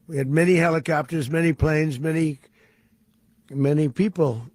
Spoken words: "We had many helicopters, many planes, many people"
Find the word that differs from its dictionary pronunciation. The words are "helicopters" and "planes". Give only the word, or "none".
none